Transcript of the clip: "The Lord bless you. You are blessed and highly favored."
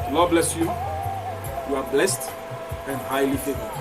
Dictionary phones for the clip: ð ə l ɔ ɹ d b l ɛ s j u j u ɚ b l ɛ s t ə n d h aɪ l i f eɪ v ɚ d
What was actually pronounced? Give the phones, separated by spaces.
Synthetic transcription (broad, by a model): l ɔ b l ɛ s j u j u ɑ b l ɛ s t ə n d h aɪ l i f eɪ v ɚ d